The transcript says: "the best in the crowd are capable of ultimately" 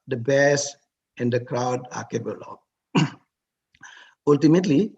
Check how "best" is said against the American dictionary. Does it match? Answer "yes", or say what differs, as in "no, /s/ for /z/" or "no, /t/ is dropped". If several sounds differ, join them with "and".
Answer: no, /t/ is dropped